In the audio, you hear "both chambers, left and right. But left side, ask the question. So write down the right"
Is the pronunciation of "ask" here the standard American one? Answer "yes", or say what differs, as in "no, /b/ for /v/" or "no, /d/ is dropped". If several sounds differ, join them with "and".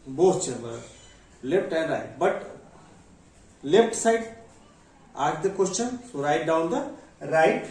no, /s/ is dropped